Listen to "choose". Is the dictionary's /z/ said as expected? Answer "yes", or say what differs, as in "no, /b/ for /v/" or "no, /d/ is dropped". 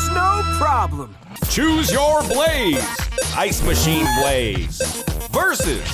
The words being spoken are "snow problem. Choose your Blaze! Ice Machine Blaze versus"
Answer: yes